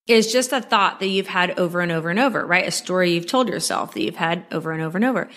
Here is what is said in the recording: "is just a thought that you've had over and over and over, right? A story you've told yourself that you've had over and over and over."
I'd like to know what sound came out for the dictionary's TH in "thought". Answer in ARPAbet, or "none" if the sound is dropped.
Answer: TH